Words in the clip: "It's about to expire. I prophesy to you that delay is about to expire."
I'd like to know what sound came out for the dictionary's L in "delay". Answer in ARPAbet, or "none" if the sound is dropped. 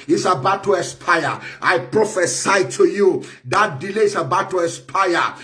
L